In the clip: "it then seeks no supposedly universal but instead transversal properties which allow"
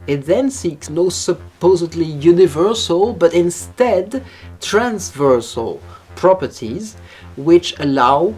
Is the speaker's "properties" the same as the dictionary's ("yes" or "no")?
yes